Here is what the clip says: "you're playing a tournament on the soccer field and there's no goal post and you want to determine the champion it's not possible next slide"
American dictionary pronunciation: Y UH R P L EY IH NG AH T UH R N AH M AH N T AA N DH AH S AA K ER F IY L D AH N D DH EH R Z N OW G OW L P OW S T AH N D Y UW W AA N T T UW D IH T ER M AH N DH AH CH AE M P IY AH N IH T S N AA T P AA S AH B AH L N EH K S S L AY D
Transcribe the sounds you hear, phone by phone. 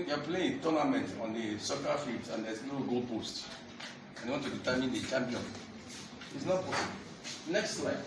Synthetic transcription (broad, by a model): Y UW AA P L EY IH NG AH T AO N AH M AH N T AA N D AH S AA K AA F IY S AH N D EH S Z N OW G OW L P OW S T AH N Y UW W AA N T T UW D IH T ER M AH N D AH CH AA M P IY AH N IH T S N AA T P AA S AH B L N EH K S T L AY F